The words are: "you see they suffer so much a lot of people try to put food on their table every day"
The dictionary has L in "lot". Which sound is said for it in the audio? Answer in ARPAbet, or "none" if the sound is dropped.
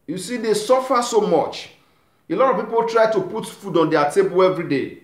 L